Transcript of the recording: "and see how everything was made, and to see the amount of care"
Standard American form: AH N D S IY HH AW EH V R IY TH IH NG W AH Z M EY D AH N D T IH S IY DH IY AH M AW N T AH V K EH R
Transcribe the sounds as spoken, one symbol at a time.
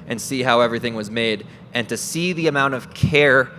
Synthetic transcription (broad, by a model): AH N S IY HH AW EH V R IY TH IH NG W AH Z M EY D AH N T IH S IY DH IY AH M AW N T AH V K EH R